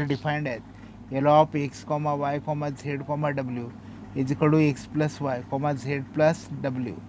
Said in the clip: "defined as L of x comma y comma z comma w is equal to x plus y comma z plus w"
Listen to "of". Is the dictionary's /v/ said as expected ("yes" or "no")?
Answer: no